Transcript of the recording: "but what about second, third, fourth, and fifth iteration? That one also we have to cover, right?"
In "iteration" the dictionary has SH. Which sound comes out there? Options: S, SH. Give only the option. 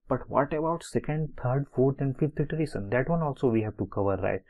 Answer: S